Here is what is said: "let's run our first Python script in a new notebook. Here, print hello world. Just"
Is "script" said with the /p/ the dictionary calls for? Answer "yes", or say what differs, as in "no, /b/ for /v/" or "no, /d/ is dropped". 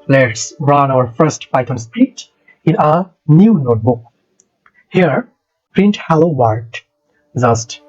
no, /p/ is dropped